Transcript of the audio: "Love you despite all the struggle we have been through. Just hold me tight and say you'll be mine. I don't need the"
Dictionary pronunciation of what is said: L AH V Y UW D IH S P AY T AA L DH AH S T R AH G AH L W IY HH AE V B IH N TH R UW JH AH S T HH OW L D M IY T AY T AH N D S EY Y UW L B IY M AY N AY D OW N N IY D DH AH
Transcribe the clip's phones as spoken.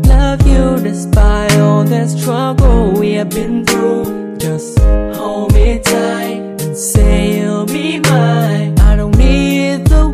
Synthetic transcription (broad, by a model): L AH V Y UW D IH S B AY AA L DH AH S T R AH G L W IY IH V B IH N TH R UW JH AH S T HH OW M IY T AY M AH N S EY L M IY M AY AY D OW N N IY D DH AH